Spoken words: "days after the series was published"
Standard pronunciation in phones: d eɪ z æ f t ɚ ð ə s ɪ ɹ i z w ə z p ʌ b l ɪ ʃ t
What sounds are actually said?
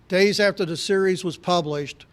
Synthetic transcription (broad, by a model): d eɪ z æ f t ɚ ð ə s ɪ ɹ i z w ə z p ʌ b l ɪ ʃ t